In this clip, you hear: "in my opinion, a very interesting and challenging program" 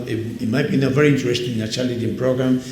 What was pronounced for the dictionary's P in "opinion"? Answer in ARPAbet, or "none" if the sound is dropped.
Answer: none